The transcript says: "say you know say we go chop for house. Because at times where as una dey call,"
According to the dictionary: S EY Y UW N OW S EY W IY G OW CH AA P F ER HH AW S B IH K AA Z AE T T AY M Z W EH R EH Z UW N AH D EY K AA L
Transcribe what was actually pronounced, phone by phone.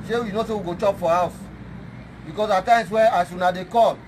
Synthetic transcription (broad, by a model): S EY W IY N OW S EY W IY G OW CH AA P F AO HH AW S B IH K AA S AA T T AY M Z W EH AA S UW N AH D EY K AA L